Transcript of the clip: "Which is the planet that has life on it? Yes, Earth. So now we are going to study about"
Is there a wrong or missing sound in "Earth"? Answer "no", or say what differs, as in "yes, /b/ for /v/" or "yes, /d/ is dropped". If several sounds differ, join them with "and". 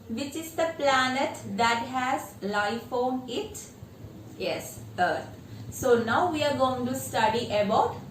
yes, /t/ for /θ/